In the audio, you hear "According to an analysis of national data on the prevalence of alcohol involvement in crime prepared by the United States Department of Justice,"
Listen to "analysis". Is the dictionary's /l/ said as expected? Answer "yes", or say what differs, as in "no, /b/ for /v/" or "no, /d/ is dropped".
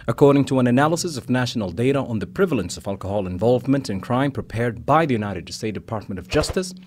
yes